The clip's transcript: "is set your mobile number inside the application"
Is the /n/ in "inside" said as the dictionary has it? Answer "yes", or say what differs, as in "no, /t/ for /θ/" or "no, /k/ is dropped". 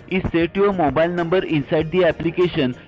yes